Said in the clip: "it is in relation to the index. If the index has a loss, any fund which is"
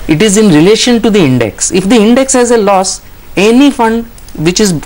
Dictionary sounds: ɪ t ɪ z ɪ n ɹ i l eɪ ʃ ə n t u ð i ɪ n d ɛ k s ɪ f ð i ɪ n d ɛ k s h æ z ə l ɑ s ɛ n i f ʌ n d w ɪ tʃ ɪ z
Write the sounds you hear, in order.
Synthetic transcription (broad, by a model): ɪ t ɪ z ɪ n ɹ i l eɪ ʃ ə n t u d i ɪ n d ɛ k s ɪ f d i ɪ n d ɛ k s h æ z ə l ɑ s ɛ n i f ʌ n d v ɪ tʃ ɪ z